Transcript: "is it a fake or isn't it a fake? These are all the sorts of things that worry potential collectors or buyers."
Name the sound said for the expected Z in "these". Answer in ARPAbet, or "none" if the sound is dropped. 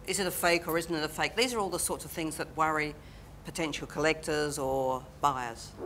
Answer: Z